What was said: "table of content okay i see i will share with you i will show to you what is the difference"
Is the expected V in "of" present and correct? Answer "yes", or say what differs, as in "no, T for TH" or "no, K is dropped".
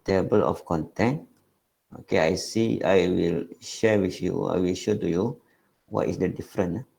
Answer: no, F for V